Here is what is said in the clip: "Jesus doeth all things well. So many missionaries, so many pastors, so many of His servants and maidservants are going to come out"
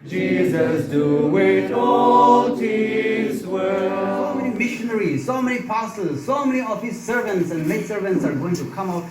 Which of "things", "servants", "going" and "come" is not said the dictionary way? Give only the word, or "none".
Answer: things